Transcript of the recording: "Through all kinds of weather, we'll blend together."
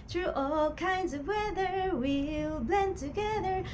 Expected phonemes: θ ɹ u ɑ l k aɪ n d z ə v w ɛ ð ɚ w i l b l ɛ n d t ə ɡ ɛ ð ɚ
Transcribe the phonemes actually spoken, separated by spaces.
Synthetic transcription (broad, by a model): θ ɹ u ɑ l k aɪ n d z ə v w ɛ ð ɚ w i l b l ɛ n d t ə ɡ ɛ ð ɚ